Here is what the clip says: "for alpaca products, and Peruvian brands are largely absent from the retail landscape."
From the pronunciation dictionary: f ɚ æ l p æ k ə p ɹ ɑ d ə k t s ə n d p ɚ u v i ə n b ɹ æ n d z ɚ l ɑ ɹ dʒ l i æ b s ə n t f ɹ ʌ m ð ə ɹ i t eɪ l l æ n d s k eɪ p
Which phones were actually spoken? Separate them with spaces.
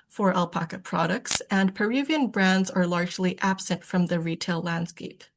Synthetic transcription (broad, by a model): f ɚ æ l p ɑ k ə p ɹ ɑ d ə k t s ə n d p ɚ u v i ə n b ɹ æ n d z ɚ l ɑ ɹ dʒ l i æ b s ə n t f ɹ ʌ m ð ə ɹ i t eɪ l l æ n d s k eɪ p